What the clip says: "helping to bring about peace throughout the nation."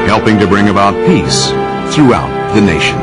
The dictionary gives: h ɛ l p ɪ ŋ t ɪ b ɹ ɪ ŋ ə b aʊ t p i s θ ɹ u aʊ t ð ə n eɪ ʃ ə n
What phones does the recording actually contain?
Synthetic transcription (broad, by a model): h ɛ l p ɪ ŋ t ɪ b ɹ ɪ ŋ ə b aʊ t p i s θ ɹ u aʊ t ð ə n eɪ ʃ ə n